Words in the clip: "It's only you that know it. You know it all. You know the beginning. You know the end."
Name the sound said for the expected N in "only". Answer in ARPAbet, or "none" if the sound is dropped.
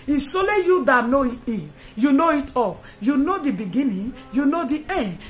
none